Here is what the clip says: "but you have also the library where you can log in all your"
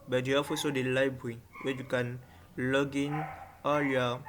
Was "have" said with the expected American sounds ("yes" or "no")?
no